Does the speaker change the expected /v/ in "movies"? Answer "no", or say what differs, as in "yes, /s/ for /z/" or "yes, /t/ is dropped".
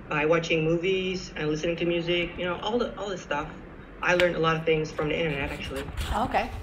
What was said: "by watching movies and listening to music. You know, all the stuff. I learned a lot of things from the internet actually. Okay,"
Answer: no